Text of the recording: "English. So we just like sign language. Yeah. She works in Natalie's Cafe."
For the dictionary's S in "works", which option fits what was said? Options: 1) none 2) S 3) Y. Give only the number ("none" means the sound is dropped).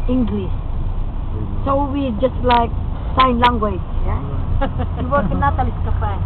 1